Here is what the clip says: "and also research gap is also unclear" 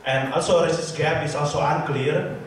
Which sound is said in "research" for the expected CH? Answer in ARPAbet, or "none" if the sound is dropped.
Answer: S